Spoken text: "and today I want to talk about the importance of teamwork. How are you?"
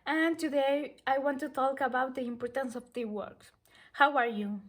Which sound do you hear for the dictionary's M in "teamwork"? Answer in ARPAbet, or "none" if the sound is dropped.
none